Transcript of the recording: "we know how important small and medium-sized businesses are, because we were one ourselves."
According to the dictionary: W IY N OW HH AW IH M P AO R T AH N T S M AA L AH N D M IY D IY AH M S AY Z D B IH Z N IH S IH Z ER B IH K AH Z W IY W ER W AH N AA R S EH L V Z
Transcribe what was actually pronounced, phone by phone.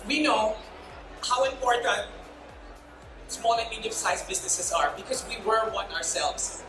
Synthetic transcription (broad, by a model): W IY N OW HH AW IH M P AO R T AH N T S M AA L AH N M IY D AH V S AY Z B IH Z N IH S IH Z ER B IH K AH Z W IY W ER W AH N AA R S EH L V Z